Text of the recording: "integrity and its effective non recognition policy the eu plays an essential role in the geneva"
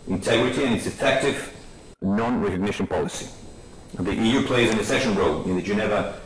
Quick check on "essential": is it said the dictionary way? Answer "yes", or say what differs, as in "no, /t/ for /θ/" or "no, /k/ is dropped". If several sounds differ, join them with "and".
no, /n/ is dropped and /n/ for /l/